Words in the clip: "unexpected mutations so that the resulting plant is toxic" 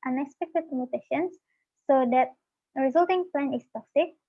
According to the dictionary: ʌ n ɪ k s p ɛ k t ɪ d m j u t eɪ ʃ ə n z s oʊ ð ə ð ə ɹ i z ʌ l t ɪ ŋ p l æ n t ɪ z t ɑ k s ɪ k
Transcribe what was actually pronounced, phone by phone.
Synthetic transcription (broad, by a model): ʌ n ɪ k s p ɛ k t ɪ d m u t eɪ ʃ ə n s oʊ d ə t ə ɹ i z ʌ l t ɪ ŋ p l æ n ɪ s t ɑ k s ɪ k